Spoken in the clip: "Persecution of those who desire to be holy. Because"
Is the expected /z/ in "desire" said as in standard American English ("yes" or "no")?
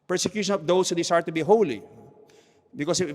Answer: no